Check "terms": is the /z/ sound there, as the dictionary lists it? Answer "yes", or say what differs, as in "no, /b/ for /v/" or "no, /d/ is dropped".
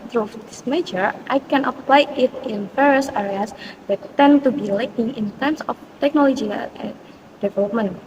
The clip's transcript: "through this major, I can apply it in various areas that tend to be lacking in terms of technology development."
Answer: no, /s/ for /z/